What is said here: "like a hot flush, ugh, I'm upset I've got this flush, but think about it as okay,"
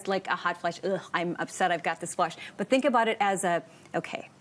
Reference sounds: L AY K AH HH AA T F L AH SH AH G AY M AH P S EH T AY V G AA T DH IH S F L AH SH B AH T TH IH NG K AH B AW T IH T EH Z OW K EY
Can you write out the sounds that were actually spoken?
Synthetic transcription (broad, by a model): L AY K AH HH AA T F L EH SH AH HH AY M AH P S EH T AY V G AA T DH IH S F L AH SH B AH T TH IH NG K AH B AW T IH T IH Z OW K EY